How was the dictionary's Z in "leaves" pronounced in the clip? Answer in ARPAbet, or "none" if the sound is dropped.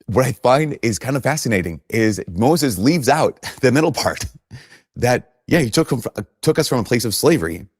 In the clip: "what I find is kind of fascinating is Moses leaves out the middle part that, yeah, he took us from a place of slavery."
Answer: Z